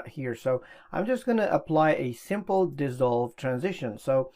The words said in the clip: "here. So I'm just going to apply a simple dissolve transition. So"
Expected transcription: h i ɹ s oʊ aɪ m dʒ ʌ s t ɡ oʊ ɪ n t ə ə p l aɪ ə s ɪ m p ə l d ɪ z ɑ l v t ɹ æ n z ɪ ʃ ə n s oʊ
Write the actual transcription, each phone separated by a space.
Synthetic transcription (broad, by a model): h i ɹ s oʊ aɪ m dʒ ʌ s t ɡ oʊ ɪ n t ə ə p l aɪ ə s ɪ m p l d ɪ z ɑ l v t ɹ æ n z ɪ ʃ ə n s oʊ